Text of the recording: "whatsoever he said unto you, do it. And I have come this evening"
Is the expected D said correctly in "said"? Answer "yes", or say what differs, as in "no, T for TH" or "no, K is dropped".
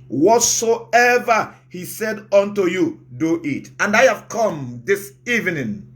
yes